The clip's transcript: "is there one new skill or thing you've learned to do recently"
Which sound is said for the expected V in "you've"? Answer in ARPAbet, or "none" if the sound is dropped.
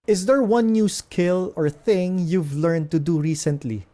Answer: V